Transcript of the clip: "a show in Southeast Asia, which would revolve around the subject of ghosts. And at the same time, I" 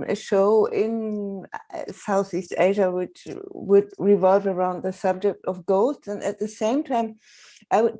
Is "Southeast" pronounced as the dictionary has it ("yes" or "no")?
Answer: yes